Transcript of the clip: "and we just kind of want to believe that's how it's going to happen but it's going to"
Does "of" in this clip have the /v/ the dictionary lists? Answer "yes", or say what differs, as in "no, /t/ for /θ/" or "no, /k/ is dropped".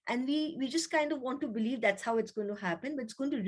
yes